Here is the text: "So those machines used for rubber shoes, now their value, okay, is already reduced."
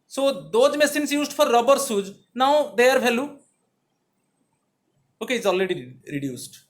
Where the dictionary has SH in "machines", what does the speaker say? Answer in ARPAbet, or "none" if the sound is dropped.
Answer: S